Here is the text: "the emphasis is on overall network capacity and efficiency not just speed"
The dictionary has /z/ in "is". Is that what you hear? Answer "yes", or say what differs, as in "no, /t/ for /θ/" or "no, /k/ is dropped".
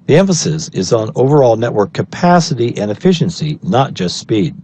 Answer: yes